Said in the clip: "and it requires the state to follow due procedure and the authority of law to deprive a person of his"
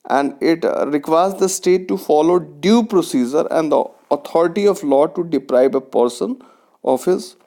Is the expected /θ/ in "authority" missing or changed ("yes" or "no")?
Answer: yes